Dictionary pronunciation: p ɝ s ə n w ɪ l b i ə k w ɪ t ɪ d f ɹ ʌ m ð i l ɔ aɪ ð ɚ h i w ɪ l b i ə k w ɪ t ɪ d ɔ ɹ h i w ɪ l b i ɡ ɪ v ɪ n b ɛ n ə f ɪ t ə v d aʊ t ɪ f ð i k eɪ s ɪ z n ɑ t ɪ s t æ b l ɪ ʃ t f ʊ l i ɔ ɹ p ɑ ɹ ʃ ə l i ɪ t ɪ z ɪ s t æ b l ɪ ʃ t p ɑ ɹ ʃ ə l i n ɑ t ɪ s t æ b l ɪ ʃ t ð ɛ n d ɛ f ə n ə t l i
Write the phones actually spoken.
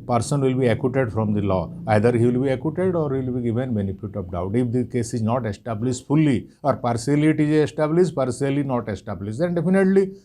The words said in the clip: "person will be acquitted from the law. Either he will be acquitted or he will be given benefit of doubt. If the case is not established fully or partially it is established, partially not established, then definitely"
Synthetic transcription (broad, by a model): p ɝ s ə n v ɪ l b i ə k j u t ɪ d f ɹ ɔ m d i l ɔ aɪ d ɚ h i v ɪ l b i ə k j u t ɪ d ɔ ɹ h i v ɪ l b i ɡ ɪ v ɪ n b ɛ n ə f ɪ t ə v d aʊ t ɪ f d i k eɪ s ɪ z n ɑ t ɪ s t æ b l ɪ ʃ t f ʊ l i ɔ ɹ p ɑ ɹ s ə l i t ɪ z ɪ s t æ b l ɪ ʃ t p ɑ ɹ s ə l i n ɑ t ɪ s t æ b l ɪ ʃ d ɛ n d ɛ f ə n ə t l i